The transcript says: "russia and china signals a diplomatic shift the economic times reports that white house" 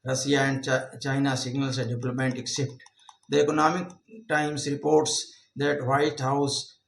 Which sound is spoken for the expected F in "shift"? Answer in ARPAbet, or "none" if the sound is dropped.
P